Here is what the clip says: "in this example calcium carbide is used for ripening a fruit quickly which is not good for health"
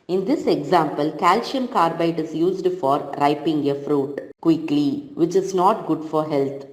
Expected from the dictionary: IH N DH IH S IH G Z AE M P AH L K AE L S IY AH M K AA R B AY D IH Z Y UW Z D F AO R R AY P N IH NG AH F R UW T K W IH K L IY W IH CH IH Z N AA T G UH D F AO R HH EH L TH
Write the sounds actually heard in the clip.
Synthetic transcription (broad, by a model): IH N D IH S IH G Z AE M P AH L K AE L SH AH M K AA R B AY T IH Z Y UW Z D F AO R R AY P IH NG AH F R UW T K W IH K L IY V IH CH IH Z N AA T G UH D F AO R HH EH L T